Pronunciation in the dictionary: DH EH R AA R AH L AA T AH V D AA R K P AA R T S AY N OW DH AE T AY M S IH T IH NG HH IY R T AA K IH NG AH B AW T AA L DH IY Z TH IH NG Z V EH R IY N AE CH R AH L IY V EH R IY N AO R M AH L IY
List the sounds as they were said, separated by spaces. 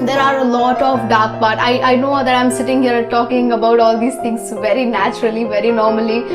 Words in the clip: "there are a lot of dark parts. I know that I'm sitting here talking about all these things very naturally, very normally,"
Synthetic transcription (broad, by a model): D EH R AA R AH L AA T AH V D AA R K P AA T T AY N OW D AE T AY M S IH T IH NG HH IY R T AA K IH NG AH B AW T AA L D IY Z T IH NG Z V EH R IY N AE CH R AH L IY V EH R IY N AO R M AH L IY